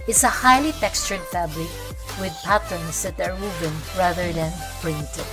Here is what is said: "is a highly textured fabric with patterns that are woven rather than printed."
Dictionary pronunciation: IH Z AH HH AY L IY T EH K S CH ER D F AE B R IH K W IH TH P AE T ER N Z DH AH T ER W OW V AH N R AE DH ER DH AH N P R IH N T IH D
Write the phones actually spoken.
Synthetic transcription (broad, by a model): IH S AH HH AY L IY T EH K S CH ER D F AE B L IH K W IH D P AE T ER N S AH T ER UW B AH N R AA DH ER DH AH N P R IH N T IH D